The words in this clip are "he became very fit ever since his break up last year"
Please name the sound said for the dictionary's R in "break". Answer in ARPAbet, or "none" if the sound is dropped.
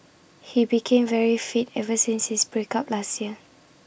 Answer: R